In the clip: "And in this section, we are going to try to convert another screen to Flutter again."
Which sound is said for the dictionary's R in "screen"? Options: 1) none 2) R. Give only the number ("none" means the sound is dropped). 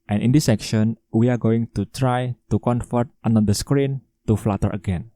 2